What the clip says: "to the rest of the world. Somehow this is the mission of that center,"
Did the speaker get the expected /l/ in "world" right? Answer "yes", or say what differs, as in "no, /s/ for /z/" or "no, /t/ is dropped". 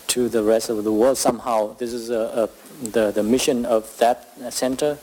yes